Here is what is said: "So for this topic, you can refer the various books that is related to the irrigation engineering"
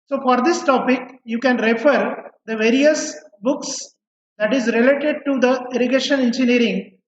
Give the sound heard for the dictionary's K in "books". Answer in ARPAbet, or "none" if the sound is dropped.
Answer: K